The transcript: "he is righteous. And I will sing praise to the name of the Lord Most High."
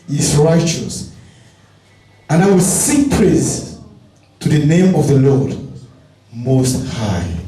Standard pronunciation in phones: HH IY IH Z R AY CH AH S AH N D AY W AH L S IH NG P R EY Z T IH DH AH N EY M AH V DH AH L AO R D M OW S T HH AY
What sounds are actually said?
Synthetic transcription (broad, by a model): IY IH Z R AY CH AH S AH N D AY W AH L S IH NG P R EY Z T IH DH AH N EY M AH V DH AH L AO R D M OW S T HH AY